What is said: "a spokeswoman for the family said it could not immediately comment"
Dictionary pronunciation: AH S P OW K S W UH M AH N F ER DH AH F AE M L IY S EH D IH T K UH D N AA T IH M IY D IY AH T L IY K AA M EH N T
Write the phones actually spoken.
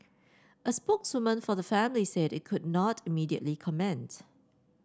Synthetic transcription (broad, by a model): AH S P OW K S W UH M AH N F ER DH AH F AE M L IY S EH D IH T K UH D N AA T IH M IY D IY AH T L IY K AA M EH N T